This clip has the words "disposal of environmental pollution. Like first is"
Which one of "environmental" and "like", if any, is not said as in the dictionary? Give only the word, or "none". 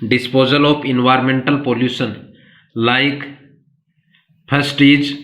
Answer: none